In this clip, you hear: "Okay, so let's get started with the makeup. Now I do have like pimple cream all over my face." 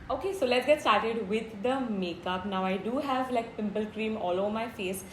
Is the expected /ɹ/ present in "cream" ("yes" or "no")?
yes